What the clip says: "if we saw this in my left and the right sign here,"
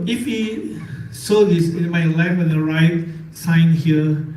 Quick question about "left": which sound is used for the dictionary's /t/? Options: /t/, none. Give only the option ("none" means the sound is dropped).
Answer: none